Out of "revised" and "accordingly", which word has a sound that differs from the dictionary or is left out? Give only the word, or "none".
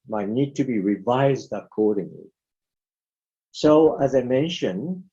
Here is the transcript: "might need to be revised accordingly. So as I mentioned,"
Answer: none